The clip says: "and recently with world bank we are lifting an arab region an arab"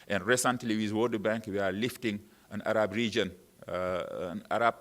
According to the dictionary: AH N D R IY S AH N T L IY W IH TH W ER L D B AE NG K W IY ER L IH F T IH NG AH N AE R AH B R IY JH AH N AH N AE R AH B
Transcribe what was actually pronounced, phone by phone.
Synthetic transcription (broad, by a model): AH N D R IY S AH N T L IY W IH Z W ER D B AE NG K W IY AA L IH F T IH NG AH N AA R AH B R IY JH AH N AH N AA R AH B